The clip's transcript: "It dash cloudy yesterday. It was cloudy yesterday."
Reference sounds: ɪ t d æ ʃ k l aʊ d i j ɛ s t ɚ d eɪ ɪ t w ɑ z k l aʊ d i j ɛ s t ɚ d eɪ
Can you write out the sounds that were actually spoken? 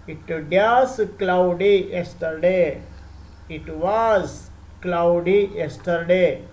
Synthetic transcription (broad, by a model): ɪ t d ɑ s k l aʊ d i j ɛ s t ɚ d eɪ ɪ t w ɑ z k l aʊ d i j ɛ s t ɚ d eɪ